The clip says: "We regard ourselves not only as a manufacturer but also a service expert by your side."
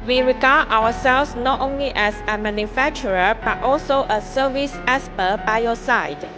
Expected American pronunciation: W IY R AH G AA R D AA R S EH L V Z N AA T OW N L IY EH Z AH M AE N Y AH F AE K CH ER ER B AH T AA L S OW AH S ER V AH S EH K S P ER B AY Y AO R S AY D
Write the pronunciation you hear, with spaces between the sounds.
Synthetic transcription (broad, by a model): W IY R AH G AA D AA W S EH L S N AA T OW N L IY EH S AH M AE N Y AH F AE K CH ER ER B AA T AA L S OW AH S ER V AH S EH S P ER B AY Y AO S AY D